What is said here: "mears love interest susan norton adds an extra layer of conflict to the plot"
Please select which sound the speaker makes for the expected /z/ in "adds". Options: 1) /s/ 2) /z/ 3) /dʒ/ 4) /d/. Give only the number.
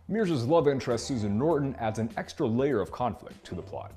2